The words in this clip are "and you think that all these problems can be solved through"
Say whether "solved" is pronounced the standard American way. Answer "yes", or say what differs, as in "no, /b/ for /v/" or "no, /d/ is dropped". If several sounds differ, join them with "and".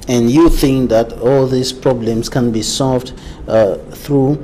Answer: yes